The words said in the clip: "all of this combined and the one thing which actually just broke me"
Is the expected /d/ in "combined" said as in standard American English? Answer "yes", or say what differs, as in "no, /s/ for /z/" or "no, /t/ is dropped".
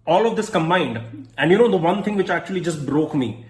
yes